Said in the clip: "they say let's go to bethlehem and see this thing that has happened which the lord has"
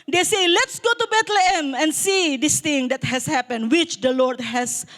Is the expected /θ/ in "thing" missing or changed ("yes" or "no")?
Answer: yes